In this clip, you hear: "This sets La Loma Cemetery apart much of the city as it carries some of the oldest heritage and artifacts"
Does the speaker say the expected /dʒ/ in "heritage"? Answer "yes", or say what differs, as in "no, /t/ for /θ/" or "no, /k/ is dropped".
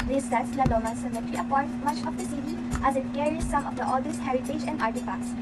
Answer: yes